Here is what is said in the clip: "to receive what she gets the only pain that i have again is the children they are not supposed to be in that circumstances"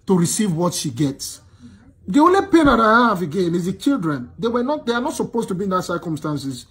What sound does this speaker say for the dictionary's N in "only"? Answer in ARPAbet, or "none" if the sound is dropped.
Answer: N